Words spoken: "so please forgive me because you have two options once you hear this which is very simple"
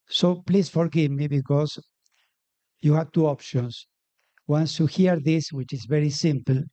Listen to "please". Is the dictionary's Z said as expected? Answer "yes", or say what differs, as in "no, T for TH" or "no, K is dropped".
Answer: no, S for Z